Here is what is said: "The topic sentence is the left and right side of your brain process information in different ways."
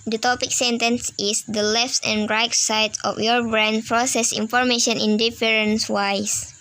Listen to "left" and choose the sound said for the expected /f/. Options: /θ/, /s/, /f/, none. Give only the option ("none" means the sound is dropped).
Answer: /f/